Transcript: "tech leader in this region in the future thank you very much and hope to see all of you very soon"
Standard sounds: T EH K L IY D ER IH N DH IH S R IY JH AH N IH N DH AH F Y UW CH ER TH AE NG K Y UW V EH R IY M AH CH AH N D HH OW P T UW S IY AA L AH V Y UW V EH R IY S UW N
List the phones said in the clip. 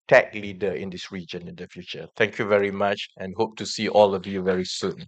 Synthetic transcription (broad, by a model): T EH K L IY D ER IH N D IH S R IY JH AH N IH N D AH F Y UW CH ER T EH NG K Y UW V EH R IY M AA CH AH N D HH OW P T UW S IY AA L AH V Y UW V EH R IY S UW N